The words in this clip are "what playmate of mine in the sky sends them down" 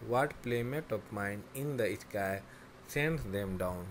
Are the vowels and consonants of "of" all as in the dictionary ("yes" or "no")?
no